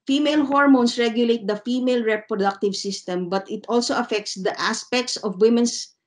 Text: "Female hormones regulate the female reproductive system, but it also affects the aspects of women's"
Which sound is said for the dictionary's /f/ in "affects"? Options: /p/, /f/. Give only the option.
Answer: /f/